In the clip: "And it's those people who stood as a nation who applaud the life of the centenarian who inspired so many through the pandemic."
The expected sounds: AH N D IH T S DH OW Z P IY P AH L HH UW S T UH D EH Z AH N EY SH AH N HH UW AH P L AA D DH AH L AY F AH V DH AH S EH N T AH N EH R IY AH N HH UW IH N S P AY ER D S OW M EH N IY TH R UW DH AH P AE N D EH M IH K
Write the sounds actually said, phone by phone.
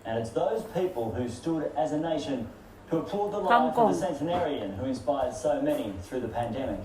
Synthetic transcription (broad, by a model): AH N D IH T S DH OW Z P IY P AH L HH UW S T UH D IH Z AH N EY SH AH N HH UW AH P AA D DH AH L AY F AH DH AH S EH N T AH N EH R IY AH N HH UW IH N S P AY ER D S OW M EH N IY TH R UW DH AH P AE N D EH M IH K